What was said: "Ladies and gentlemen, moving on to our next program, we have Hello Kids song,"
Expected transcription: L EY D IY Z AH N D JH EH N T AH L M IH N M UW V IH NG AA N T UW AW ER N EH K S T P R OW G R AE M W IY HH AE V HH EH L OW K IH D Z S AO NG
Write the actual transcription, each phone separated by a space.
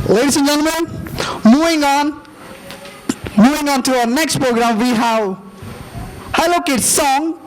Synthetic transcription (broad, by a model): L EY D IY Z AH N JH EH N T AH N M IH N M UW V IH NG AA N T UW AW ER N EH K S T P R OW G R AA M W IY HH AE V HH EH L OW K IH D S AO NG